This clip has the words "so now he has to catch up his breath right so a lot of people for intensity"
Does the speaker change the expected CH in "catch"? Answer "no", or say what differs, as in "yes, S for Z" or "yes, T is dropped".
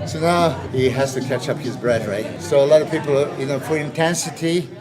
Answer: no